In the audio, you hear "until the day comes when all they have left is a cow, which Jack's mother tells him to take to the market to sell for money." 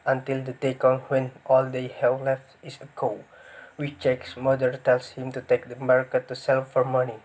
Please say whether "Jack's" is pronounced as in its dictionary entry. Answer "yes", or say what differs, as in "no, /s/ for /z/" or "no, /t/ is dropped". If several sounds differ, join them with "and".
no, /tʃ/ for /dʒ/